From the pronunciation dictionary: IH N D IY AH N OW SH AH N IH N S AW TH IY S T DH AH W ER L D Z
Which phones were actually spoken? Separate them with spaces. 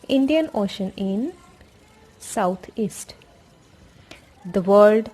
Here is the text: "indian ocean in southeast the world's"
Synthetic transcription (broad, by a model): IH N D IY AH N OW SH AH N IH N S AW T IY S T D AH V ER L D